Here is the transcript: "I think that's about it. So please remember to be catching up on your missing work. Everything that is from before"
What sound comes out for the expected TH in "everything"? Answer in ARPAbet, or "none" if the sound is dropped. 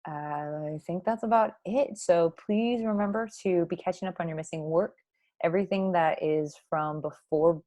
TH